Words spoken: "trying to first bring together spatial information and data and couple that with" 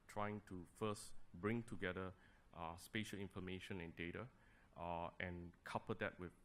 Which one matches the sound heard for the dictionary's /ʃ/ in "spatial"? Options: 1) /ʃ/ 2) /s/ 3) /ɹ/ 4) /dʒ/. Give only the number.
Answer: 1